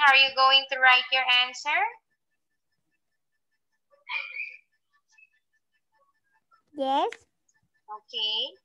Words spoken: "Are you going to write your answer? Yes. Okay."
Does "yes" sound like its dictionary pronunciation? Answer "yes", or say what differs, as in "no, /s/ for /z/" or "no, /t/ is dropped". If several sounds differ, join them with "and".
yes